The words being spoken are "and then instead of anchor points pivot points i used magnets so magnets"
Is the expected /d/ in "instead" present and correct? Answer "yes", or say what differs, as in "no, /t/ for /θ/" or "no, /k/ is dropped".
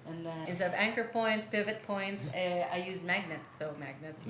no, /d/ is dropped